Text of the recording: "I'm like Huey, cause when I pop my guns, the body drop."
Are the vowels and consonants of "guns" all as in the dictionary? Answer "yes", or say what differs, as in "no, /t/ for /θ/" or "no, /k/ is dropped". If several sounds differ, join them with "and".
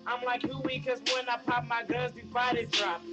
no, /n/ is dropped